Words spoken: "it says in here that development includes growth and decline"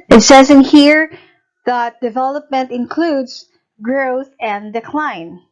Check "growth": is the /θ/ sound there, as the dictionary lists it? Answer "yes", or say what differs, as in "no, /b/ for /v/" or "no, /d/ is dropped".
yes